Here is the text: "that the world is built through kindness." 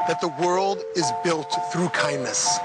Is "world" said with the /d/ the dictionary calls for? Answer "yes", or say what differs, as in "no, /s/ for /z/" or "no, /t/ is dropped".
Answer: yes